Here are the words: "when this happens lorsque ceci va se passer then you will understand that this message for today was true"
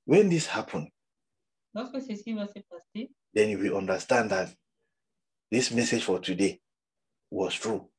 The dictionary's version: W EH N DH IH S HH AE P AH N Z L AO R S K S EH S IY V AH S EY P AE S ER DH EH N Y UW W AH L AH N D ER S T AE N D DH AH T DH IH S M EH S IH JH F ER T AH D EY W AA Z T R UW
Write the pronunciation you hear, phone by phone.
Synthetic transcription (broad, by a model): W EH N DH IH S HH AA P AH N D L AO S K S EH S IY W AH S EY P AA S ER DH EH N Y UW W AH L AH N D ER S T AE N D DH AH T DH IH S M EH S IH JH F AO T AH D EY W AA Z T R UW